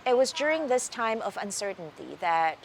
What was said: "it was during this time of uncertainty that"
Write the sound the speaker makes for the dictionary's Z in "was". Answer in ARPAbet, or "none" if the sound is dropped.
Z